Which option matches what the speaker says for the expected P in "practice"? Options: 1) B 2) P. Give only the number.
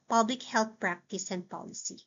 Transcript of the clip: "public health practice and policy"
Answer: 2